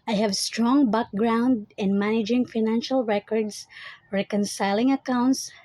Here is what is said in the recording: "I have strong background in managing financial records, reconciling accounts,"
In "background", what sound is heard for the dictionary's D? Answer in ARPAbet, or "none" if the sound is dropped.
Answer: D